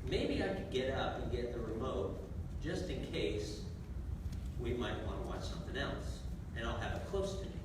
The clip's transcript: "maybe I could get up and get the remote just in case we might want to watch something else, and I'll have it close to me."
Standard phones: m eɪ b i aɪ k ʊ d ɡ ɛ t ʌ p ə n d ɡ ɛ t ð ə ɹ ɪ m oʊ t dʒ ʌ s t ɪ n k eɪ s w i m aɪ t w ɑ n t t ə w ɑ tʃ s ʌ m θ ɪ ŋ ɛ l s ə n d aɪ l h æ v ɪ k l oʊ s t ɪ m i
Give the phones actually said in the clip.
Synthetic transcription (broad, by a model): m eɪ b i aɪ k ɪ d ɡ ɛ t ʌ p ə n ɡ ɛ t ð ə ɹ ɪ m oʊ t dʒ ʌ s t ɪ n k eɪ s w i m aɪ t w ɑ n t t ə w ɑ tʃ s ʌ m θ ɪ ŋ ɛ l s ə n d aɪ l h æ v ɪ k l oʊ s t ɪ